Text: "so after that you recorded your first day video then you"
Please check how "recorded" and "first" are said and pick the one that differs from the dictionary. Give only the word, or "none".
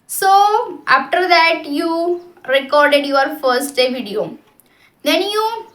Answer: none